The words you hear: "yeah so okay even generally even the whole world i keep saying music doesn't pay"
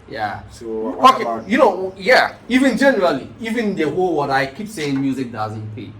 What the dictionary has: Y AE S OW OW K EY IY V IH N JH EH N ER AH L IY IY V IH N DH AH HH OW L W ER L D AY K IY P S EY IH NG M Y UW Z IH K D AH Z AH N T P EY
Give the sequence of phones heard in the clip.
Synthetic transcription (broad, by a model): Y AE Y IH OW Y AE IY V IH N JH EH N ER AH L IY IY V IH N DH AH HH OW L W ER D AY K IY P S EY IH NG M Y UW Z IH K D AH Z AH N T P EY